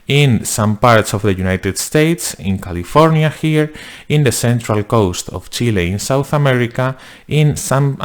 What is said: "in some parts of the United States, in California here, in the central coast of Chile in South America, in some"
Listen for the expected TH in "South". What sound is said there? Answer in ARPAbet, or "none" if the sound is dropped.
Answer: TH